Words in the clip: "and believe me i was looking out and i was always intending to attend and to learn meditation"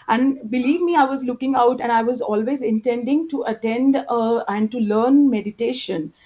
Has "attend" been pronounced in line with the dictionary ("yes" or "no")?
yes